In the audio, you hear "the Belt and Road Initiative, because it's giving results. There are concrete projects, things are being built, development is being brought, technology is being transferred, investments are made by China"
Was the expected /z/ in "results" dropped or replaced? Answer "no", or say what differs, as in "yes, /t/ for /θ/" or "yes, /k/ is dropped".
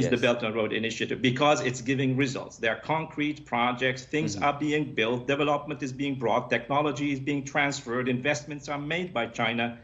no